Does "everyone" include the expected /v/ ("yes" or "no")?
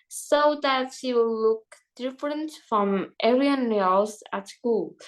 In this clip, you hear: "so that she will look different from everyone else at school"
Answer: no